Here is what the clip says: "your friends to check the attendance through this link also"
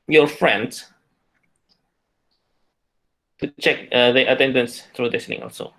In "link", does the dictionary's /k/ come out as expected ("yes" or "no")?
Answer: no